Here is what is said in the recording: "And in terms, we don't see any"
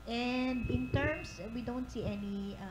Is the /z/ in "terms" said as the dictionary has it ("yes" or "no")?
no